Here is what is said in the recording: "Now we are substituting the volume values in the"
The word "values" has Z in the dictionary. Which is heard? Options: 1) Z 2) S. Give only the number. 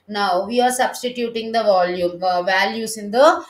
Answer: 2